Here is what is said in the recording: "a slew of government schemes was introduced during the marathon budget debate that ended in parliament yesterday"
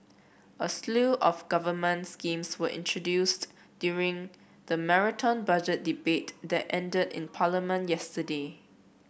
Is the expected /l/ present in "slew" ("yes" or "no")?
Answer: yes